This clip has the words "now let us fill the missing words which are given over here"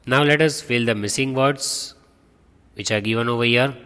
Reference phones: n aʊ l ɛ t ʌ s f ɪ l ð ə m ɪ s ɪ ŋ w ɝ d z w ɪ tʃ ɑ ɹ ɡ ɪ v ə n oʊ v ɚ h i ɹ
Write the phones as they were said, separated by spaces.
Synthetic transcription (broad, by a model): n aʊ l ɛ t ʌ s f ɪ l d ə m ɪ s ɪ ŋ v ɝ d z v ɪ tʃ ɑ ɹ ɡ ɪ v ə n oʊ v ɚ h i ɹ